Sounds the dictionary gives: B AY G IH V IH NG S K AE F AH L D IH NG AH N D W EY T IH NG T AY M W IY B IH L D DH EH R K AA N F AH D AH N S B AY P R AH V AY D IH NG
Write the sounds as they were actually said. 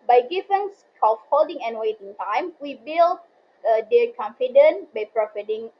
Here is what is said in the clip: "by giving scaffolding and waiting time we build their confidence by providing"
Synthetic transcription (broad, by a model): B AY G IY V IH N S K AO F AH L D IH NG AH N W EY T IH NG T AY M W IY B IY L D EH K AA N F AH D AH N B AY P R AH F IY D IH NG